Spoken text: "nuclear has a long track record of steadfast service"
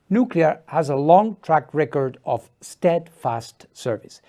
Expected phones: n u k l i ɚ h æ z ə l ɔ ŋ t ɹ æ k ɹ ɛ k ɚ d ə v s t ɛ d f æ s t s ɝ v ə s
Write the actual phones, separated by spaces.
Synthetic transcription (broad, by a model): n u k l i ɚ h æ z ə l ɔ ŋ t ɹ æ k ɹ ɛ k ɚ d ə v s t ɛ d f æ s t s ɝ v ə s